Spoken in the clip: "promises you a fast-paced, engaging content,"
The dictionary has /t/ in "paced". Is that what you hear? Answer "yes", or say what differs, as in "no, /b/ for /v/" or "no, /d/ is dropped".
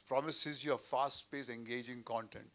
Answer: no, /t/ is dropped